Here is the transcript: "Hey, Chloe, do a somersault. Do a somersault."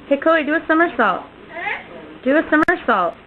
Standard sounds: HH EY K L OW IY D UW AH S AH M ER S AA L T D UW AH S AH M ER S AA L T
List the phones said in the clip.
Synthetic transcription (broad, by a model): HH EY K OW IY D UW AH S AH M ER S AA L T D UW AH S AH M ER S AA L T